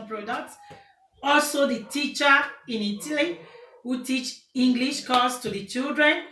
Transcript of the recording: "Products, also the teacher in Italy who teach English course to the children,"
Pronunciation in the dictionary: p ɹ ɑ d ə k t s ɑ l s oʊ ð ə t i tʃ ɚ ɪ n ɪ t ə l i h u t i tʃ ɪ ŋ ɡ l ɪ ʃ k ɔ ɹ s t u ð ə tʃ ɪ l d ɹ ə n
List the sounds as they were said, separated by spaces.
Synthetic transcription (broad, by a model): p ɹ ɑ d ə k t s ɑ l s oʊ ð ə t i tʃ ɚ ɪ n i t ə l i h u t i tʃ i ŋ ɡ l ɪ ʃ k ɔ l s t u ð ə tʃ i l d ɹ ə n